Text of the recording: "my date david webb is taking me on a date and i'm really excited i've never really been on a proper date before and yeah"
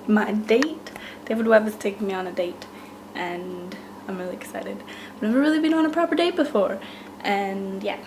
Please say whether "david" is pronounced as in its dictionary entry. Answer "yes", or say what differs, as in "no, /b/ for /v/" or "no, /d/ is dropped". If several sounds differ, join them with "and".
no, /w/ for /v/